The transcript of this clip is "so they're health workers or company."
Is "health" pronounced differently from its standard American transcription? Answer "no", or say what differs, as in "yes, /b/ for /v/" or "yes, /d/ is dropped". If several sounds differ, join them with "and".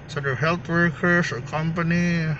yes, /t/ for /θ/